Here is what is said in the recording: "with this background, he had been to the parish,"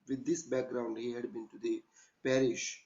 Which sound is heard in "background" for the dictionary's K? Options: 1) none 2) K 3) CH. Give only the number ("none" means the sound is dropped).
2